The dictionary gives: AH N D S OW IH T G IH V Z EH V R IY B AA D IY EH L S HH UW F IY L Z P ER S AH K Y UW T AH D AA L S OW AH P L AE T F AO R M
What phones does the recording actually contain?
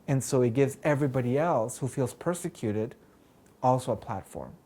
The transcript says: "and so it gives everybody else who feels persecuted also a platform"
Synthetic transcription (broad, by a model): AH N S OW IH T G IH V Z EH V R IY B AA D IY EH L S HH UW F IY L Z P ER S AH K Y UW T AH D AA L S OW AH P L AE T F AO R M